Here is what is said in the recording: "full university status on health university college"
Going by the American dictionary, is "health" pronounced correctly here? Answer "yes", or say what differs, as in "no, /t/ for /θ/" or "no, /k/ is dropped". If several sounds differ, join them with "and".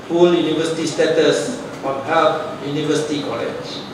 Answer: no, /t/ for /θ/